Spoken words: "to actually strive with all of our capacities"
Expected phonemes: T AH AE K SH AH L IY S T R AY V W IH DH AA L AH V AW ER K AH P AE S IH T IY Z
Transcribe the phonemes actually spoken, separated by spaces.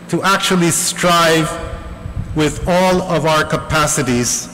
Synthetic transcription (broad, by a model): T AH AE K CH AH L IY S T R AY V W IH DH AA L AH V AW ER K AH P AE S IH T IY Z